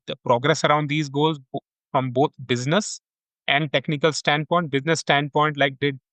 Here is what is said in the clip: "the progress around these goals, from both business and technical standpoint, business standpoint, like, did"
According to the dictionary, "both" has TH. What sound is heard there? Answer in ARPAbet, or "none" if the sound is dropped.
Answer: T